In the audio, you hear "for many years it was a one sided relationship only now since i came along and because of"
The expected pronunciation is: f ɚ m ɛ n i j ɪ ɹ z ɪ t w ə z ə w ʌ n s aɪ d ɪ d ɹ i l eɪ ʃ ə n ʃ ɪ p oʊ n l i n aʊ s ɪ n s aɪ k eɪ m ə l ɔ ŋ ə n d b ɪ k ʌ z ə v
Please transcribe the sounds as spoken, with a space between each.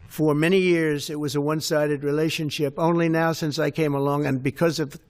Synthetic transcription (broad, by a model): f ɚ m ɛ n i j ɪ ɹ z ɪ t w ə z ə w ʌ n s aɪ d ɪ d ɹ i l eɪ ʃ ə n ʃ ɪ p oʊ n l i n aʊ s ɪ n s aɪ k eɪ m ə l ɔ ŋ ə n b ɪ k ʌ z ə v